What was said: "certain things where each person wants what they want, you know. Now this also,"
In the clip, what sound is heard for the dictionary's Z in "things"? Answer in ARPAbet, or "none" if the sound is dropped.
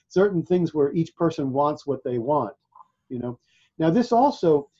Z